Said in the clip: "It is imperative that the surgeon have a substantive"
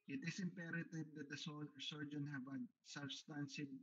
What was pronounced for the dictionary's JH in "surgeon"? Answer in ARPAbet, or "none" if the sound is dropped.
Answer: JH